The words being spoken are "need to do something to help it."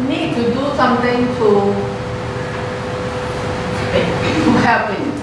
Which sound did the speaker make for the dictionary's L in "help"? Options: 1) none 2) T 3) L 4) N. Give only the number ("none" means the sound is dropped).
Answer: 1